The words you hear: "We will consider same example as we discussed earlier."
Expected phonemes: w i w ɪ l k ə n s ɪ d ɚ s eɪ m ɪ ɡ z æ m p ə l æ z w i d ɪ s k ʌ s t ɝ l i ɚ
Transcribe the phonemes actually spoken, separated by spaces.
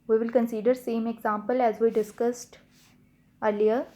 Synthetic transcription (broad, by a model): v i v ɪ l k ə n s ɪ d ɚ s eɪ m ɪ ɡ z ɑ m p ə l æ z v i d ɪ s k ʌ s t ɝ l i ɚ